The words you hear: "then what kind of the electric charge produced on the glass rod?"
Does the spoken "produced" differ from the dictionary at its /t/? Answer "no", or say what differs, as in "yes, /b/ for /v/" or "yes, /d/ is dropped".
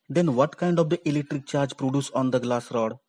yes, /t/ is dropped